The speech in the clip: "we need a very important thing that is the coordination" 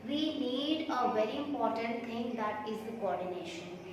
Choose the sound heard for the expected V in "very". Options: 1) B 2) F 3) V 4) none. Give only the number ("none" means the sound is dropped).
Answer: 3